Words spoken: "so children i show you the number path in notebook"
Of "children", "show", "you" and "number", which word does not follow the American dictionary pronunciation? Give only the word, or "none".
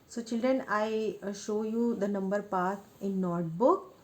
none